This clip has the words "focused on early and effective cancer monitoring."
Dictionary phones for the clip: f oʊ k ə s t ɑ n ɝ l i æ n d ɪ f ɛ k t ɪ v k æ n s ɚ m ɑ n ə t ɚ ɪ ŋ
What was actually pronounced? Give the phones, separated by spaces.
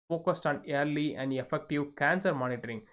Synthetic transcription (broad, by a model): oʊ k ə s t ɑ n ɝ l i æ n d ɪ f ɛ k t ɪ v k æ n s ɚ m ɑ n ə t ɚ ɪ ŋ